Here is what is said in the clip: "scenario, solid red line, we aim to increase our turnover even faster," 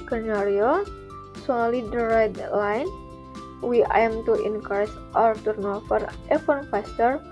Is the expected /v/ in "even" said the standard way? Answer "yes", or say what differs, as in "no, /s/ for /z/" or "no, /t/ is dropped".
no, /f/ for /v/